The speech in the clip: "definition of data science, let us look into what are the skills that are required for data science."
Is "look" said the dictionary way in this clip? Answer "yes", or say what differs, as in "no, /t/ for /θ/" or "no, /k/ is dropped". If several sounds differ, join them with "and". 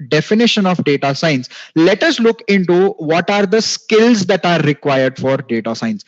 yes